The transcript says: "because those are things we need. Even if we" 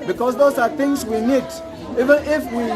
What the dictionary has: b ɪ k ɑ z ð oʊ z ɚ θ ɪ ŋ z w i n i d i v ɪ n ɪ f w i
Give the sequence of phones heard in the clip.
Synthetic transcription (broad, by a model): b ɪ k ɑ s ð oʊ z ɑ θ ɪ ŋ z w i n i d i v ɪ n ɪ f w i